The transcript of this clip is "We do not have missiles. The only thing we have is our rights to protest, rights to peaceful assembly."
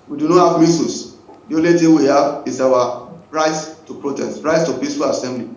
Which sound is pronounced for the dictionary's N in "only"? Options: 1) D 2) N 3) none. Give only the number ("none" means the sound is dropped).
3